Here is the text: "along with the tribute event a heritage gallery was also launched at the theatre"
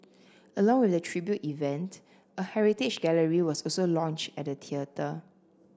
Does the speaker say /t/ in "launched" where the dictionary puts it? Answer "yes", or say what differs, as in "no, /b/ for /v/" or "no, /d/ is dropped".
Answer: yes